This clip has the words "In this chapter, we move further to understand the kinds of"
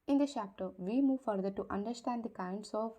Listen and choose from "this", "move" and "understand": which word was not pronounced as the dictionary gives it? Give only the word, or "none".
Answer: this